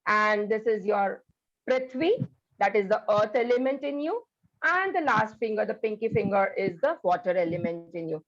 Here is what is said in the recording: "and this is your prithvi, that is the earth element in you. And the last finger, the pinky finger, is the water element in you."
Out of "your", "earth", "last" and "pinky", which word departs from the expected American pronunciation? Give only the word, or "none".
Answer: earth